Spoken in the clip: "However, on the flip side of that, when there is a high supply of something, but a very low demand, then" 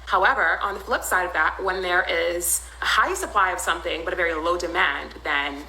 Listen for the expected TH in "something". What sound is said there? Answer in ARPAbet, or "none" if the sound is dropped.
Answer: TH